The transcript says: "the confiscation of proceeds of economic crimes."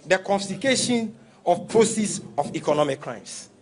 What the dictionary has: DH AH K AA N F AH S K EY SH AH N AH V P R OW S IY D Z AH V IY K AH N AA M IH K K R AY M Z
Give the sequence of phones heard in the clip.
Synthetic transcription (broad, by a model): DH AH K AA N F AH K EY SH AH N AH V P R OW S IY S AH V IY K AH N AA M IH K K R AY M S